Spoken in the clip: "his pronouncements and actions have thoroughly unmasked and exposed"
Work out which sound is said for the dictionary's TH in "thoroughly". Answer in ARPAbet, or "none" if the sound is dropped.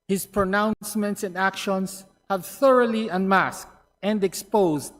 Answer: TH